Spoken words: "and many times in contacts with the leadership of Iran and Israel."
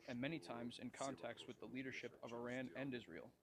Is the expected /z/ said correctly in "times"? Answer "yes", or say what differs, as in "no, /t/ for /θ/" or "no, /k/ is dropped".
yes